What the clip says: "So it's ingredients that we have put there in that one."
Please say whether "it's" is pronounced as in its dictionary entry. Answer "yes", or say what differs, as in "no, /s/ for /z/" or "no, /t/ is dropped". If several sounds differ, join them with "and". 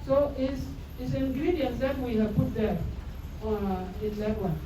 no, /s/ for /t/